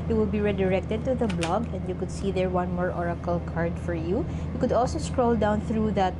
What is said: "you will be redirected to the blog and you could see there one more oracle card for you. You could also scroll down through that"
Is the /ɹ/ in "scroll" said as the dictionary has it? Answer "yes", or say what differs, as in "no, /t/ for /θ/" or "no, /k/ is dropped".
yes